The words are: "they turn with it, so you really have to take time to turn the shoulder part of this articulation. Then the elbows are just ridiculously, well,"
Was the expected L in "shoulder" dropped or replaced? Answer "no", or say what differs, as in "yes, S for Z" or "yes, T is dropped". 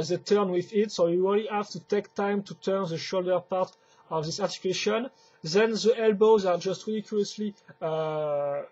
no